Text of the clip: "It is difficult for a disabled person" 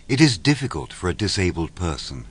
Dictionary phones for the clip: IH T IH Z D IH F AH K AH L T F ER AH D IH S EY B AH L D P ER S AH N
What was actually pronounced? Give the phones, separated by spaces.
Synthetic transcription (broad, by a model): IH T IH Z D IH F AH K AH L T F ER AH D IH S EY B AH L D P ER S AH N